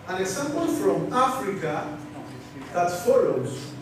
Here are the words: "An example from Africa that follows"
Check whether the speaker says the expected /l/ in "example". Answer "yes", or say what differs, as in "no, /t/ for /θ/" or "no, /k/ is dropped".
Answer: no, /n/ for /l/